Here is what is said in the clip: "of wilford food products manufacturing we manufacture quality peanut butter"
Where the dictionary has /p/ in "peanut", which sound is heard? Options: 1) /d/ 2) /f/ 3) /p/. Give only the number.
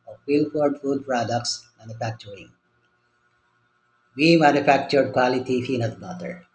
2